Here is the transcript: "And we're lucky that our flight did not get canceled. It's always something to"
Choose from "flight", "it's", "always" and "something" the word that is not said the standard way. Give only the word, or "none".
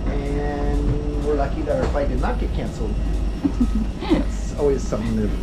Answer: flight